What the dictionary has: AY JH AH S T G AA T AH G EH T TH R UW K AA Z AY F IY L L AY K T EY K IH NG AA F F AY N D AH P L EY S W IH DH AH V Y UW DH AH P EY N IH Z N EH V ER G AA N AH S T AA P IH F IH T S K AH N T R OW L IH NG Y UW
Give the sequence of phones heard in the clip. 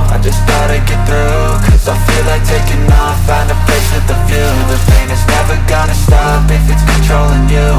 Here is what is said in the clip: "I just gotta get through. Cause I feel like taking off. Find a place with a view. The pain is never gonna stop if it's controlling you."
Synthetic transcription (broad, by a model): AY JH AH S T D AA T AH G EH T TH R UW K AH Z AY F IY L L AY K T EY K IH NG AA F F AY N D AH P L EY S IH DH AH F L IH DH AH F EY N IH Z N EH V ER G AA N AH S T AA P IH F IH T S K N T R OW L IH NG Y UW